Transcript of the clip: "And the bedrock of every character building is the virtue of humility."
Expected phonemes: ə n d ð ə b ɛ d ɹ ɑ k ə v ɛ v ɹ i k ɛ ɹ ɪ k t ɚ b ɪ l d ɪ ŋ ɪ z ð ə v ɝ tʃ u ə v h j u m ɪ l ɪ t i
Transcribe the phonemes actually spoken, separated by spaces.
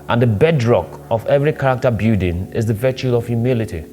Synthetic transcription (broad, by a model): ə n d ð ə b ɛ d ɹ ɑ k ə v ɛ v ɹ i k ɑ ɹ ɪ k t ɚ b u d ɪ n ɪ z ð ə v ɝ tʃ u ə v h j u m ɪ l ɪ t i